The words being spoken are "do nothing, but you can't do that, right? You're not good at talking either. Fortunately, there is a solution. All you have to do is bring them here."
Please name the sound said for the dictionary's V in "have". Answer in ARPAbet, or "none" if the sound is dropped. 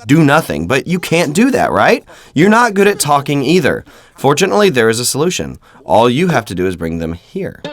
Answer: F